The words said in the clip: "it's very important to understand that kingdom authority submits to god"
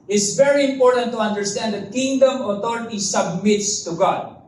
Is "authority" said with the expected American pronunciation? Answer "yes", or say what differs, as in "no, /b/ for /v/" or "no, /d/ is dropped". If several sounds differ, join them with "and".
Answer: no, /t/ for /θ/